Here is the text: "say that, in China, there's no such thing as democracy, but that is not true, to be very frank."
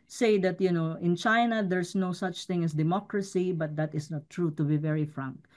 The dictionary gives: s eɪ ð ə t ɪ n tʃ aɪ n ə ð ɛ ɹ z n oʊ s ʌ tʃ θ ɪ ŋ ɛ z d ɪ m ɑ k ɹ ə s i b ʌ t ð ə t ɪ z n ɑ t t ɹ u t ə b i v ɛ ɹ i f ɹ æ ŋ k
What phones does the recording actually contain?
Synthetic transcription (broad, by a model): s eɪ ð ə t ɪ n tʃ aɪ n ə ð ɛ ɹ s n oʊ s ʌ tʃ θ ɪ ŋ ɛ s d ɪ m ɑ k ɹ ə s i b ʌ t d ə t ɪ s n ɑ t t ɹ u t ə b i v ɛ ɹ i f ɹ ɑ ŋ k